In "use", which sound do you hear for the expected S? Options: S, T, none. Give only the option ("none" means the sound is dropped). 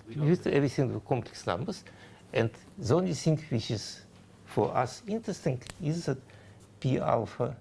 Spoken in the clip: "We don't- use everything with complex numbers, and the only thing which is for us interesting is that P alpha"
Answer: none